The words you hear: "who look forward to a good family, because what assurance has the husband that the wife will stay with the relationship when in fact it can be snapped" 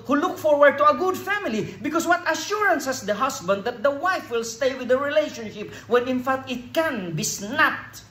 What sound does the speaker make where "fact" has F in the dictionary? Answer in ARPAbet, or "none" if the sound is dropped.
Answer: F